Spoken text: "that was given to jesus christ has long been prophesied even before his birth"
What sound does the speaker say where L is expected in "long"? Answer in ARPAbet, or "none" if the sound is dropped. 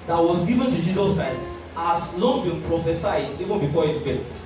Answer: N